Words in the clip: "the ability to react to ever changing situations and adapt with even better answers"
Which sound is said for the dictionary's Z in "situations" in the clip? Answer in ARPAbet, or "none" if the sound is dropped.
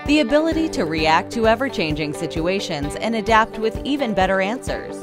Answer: Z